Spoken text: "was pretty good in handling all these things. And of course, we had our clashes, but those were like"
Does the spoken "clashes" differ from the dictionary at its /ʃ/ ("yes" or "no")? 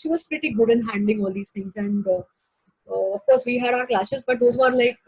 yes